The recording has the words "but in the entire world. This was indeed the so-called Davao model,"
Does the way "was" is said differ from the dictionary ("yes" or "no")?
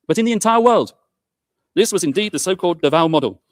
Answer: no